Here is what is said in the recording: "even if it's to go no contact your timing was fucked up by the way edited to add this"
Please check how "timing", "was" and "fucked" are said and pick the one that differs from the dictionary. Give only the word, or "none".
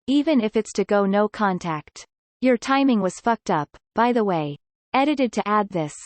none